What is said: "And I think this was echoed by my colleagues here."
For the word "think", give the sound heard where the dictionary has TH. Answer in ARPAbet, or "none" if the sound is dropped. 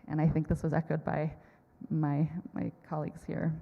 TH